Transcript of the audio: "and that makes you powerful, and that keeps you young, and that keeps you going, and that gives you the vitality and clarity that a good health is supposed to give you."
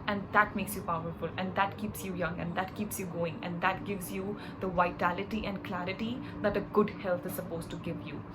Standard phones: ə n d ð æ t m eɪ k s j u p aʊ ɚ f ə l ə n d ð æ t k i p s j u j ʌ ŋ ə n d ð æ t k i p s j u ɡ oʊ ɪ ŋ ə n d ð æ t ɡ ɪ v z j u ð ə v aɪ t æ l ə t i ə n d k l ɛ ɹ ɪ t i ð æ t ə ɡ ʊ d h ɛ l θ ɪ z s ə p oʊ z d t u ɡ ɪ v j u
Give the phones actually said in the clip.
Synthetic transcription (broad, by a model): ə n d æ t m eɪ k s j u p aʊ ɚ f ə l ə n d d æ t k i p s j u j ʌ ŋ ə n d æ t k i p s j u ɡ oʊ ɪ ŋ ə n d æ t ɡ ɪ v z j u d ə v aɪ t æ l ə t i ə n d k l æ ɹ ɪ t i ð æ t ə ɡ ʊ d h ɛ l t ɪ z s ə p oʊ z t u ɡ ɪ v j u